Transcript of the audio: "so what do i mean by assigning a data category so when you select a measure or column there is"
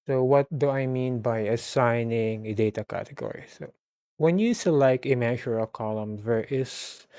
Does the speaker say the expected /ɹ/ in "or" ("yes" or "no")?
no